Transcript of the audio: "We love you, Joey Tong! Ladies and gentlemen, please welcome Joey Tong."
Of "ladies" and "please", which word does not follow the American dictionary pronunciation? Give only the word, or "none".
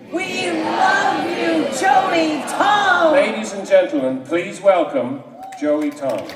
none